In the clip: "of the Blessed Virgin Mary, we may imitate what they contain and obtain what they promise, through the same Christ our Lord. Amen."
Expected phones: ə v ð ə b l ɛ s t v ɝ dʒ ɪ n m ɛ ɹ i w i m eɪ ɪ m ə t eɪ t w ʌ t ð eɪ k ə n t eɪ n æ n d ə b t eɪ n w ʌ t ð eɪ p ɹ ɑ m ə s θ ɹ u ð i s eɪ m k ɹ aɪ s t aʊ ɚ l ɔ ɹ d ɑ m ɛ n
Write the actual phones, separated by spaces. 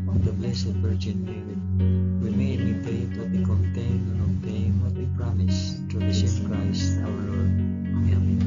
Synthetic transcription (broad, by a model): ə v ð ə b l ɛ s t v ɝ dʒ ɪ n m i w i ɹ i m eɪ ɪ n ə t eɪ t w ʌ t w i k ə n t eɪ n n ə t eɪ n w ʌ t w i p ɹ ɑ m ə s t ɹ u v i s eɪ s k ɹ aɪ s t aʊ ɚ l ɔ ɹ d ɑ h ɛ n